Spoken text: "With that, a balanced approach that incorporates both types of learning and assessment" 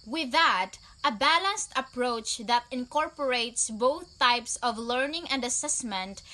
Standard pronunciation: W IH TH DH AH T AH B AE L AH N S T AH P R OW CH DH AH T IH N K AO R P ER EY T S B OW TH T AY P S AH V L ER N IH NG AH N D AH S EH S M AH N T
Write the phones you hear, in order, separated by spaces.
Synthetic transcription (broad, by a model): W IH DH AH T AH B AE L AH N S T AH P R OW CH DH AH T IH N K AO R P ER EY T S B OW TH T AY P S AH V L ER N IH NG AH N D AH S EH S M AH N T